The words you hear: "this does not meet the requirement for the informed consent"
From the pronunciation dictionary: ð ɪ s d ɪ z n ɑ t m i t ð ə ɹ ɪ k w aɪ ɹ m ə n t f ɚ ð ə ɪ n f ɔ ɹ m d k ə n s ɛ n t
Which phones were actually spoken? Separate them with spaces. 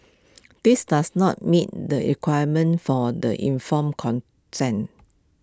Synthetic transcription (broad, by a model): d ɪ s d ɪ s n ɑ t m i t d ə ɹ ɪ k w aɪ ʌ m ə n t f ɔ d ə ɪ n f ɔ m k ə n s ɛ n